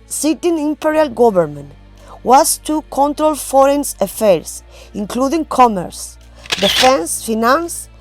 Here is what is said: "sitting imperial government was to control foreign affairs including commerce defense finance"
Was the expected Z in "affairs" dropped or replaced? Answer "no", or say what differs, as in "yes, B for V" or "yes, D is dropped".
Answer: yes, S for Z